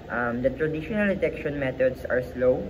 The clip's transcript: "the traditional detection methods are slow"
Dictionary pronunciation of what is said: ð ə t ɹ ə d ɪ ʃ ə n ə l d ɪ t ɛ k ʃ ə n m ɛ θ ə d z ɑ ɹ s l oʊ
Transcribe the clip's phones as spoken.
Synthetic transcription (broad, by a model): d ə t ɹ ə d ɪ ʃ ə n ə l d ɪ t ɛ k ʃ ə n m ɛ t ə d s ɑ ɹ s l oʊ